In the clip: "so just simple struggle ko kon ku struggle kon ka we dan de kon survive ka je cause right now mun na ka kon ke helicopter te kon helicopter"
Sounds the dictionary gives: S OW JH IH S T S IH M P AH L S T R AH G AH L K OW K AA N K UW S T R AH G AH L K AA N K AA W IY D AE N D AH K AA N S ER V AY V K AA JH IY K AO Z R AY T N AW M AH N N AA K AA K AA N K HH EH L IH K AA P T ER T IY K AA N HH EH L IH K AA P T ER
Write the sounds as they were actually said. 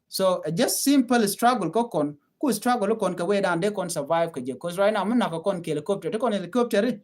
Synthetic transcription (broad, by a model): S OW JH IH S T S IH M P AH L S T R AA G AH L K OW K AA N K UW S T R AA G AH L K AA N K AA W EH D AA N D AH K AA N S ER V AY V K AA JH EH K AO S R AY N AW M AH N N AA K AA K AA N K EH L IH K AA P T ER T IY K AA N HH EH L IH K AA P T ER